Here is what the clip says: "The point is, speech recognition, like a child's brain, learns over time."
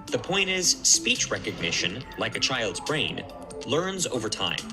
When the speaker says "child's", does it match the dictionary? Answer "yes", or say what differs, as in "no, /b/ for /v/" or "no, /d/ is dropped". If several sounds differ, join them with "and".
yes